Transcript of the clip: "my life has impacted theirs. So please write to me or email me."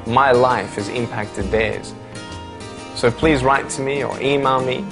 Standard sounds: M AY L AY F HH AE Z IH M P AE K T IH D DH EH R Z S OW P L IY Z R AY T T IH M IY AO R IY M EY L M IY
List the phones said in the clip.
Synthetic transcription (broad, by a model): M AY L AY F HH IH Z IH M P AE K T IH D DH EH R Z S OW P L IY Z R AY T T IH M IY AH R IY M EY L M IY